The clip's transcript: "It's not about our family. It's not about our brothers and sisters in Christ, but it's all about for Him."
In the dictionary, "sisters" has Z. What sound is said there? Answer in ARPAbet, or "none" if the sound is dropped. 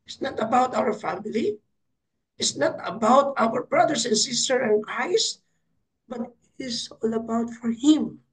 none